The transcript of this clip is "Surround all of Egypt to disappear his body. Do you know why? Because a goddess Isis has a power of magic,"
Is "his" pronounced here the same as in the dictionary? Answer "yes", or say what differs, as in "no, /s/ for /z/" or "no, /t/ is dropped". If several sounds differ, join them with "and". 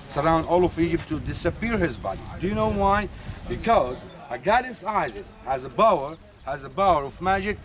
yes